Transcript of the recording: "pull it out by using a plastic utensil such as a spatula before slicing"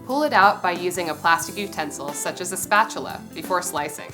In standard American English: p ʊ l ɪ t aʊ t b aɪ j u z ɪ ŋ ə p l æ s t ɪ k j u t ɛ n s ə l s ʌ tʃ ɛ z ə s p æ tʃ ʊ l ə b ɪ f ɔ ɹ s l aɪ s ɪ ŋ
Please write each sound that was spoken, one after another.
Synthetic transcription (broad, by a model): p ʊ l ɪ t aʊ t b aɪ j u z ɪ ŋ ə p l æ s t ɪ k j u t ɛ n s l s ʌ tʃ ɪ z ə s p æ tʃ l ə b ɪ f ɔ ɹ s l aɪ s ɪ ŋ